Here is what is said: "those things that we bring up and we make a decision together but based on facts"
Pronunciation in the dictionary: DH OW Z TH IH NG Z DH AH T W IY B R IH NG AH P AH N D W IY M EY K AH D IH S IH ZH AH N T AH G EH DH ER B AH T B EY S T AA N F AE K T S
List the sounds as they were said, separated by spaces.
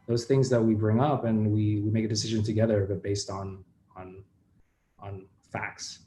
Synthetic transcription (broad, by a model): DH OW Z TH IH NG Z DH AH T W IY B R IH NG AH P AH N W W IY M EY K AH D IH S IH ZH AH N T AH G EH DH ER B AH T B EY S T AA N F AE K T S